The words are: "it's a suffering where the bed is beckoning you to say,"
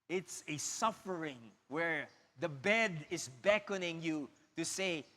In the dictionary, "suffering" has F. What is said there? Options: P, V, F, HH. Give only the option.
F